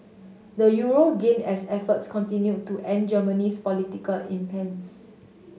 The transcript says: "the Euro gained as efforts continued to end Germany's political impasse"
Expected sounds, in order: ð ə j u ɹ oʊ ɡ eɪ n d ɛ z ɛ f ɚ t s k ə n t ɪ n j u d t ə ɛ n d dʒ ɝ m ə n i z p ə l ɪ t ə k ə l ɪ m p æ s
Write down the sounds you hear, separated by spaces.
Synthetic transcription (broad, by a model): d ə j u ɹ oʊ ɡ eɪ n ɛ s ɛ f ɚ t s k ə n t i n j u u t ɛ n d dʒ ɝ m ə n i s p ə l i t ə k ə l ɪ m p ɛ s